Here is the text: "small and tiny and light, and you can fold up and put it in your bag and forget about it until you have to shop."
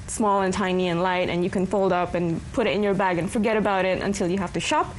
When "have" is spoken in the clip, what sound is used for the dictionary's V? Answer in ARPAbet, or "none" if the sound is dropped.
F